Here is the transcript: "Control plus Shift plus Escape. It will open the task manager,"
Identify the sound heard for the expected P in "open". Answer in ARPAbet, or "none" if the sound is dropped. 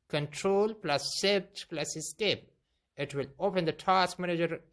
P